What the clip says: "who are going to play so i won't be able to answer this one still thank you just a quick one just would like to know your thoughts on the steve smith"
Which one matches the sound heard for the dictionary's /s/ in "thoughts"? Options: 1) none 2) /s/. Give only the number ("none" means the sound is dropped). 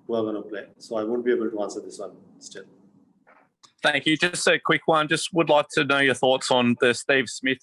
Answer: 2